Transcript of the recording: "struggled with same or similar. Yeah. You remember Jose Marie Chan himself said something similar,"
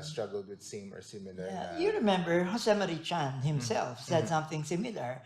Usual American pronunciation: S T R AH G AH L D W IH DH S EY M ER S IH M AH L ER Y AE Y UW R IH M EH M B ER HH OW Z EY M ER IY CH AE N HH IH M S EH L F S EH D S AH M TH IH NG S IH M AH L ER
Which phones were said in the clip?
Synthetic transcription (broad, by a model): S T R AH G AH L D W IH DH S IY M ER S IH M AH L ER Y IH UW R IH M EH M B ER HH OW S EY M ER IY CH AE N HH IH M S EH L F S EH D S AH M TH IH NG S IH M L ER